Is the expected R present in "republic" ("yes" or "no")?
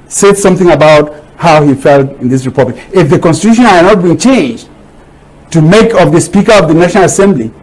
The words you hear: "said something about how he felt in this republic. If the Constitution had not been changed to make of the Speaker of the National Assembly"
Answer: yes